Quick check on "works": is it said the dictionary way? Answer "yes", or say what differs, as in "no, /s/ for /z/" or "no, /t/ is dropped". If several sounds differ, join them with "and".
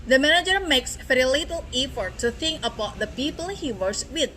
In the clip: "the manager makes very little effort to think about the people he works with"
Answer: no, /k/ is dropped